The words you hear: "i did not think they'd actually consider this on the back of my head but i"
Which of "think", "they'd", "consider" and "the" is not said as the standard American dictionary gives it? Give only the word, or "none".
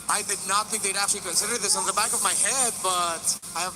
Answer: none